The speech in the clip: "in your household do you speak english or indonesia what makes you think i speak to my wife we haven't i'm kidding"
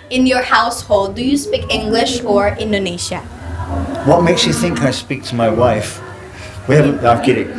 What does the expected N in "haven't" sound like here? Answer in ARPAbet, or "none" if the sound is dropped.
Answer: none